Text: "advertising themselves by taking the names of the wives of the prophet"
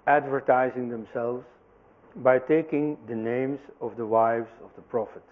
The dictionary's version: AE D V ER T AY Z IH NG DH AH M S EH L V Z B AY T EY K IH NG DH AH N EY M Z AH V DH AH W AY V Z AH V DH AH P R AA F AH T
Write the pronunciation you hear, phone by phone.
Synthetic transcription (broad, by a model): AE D V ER T AY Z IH NG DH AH M S EH L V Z B AY T EY K IH NG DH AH N EY M Z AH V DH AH W AY V Z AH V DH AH P R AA F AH T